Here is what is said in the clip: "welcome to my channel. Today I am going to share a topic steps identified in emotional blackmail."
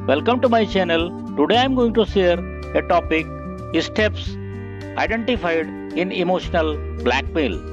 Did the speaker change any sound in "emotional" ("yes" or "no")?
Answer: no